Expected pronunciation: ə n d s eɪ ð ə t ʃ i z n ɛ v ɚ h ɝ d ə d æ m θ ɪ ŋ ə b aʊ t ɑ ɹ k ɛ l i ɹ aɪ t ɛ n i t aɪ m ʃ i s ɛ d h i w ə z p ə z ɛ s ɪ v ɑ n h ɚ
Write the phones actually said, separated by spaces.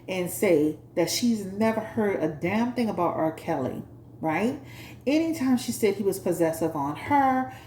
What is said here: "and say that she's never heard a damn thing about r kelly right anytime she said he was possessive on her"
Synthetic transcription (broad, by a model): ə n s eɪ ð ə t ʃ i z n ɛ v ɚ h ɝ d ə d æ m θ ɪ ŋ ə b aʊ t ɑ ɹ k ɛ l i ɹ aɪ t ɛ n i t aɪ m ʃ i s ɛ d h i w ə z p ə z ɛ s ɪ v n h ɚ